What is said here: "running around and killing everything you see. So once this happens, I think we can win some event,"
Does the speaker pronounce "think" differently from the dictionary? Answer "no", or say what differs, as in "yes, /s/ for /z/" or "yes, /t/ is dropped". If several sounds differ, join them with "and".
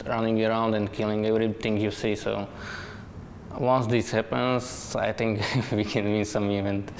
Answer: yes, /t/ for /θ/